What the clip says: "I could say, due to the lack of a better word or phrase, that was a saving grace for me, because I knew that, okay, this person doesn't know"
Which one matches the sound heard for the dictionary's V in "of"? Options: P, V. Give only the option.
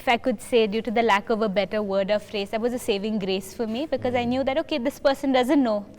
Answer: V